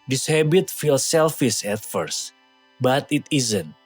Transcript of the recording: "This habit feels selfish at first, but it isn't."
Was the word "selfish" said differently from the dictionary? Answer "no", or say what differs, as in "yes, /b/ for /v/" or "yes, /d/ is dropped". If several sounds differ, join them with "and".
yes, /s/ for /ʃ/